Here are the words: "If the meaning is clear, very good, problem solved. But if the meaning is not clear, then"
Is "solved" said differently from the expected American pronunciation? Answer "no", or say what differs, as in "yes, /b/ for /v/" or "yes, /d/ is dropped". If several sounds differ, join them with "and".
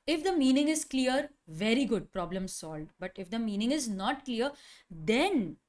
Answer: yes, /v/ is dropped